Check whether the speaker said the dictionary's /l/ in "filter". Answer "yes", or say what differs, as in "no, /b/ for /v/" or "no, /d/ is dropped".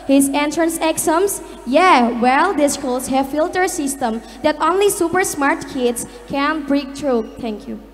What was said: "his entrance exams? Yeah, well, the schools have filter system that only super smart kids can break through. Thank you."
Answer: yes